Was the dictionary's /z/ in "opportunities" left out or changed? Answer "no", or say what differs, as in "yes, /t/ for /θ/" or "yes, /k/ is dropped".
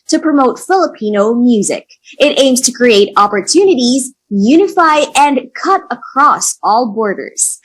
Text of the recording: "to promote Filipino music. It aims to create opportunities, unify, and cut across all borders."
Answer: no